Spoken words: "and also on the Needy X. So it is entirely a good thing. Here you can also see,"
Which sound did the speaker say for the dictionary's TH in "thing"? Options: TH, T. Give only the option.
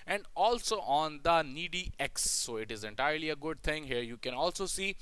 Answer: T